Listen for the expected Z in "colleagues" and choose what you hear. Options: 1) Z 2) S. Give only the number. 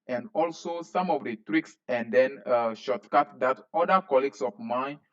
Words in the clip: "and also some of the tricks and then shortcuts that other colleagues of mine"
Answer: 2